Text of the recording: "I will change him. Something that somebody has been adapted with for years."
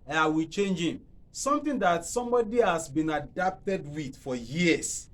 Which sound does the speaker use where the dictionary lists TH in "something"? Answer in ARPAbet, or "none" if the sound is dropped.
T